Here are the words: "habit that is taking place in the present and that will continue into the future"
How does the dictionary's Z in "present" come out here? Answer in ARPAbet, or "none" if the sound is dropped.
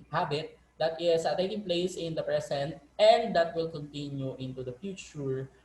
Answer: S